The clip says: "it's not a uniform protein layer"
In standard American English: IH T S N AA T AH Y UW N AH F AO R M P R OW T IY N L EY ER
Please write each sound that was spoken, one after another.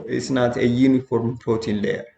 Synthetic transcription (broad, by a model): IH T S N AA T AH Y UW N AH F AO R M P OW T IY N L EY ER